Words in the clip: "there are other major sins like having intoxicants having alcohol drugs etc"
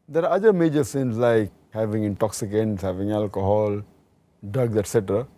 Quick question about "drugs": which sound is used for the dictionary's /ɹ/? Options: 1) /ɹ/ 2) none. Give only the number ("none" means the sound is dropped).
2